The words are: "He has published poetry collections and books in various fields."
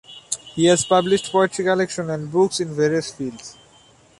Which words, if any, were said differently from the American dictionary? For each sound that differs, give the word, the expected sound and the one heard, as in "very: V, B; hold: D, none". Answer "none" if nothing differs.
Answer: collections: Z, none